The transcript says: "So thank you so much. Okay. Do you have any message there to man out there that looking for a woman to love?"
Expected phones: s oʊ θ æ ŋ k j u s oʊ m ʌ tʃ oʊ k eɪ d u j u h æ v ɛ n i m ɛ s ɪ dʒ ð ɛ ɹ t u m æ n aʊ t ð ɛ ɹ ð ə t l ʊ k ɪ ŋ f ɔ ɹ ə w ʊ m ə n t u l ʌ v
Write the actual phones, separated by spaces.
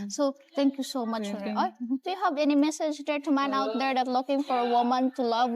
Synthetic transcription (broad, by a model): s oʊ t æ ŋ k j u s oʊ m ʌ tʃ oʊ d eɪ d u j u h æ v ɛ n i m ɛ s ɪ dʒ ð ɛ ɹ t u m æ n aʊ t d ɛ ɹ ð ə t l ʊ k ɪ ŋ f ɔ ɹ ə w ʊ m ə n t u l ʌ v